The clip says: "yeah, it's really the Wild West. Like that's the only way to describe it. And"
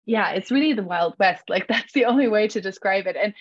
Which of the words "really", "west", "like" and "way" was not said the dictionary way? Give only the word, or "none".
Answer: none